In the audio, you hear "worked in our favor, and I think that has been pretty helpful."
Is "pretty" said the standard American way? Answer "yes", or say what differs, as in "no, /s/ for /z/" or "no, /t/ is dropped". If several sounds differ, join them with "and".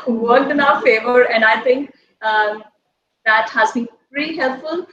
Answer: no, /ɹ/ is dropped